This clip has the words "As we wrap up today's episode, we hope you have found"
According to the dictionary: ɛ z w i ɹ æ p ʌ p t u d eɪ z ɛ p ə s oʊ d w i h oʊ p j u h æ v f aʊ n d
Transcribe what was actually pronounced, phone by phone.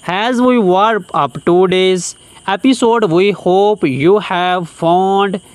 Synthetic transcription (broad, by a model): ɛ z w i w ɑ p ʌ p t u d eɪ z ɛ p ə s oʊ d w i h oʊ p j u h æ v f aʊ n d